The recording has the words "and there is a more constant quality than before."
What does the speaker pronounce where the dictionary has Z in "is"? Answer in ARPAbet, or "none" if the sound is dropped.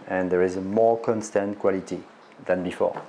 Z